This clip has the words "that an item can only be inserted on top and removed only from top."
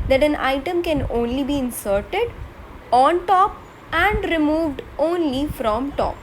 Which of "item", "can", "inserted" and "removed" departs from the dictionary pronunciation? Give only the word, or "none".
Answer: none